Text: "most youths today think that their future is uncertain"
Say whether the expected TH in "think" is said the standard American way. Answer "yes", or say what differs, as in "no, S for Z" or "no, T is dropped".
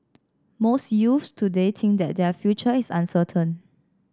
no, T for TH